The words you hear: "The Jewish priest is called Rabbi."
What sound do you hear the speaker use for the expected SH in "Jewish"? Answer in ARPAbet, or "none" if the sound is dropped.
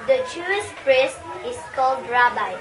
S